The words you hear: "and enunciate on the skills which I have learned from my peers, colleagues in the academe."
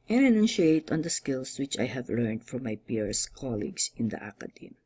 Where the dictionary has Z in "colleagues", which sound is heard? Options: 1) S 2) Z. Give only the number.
1